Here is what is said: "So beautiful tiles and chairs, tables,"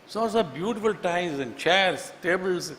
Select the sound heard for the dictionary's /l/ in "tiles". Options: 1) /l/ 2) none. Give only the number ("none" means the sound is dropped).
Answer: 2